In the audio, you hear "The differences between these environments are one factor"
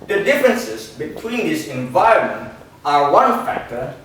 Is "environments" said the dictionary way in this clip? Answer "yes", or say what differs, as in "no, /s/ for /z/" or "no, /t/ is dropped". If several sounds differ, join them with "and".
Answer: no, /s/ is dropped